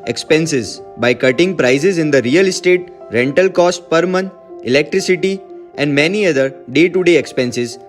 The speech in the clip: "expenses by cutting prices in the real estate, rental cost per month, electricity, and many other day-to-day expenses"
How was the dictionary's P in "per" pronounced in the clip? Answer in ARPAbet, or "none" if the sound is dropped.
P